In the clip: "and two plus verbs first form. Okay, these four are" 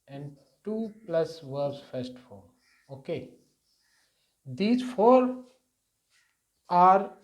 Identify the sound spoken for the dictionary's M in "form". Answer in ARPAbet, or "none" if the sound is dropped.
none